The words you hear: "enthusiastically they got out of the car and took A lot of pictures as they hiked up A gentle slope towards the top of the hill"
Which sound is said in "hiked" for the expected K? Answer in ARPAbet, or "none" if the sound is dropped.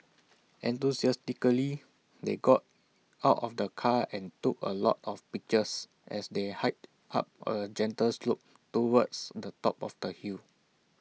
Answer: none